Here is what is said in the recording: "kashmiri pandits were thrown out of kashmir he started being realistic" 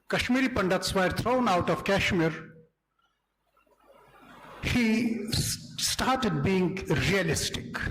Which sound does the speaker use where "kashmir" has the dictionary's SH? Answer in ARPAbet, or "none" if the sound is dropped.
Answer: SH